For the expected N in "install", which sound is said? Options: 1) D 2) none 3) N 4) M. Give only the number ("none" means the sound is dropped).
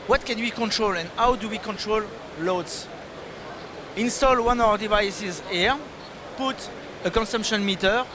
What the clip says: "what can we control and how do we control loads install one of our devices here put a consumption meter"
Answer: 3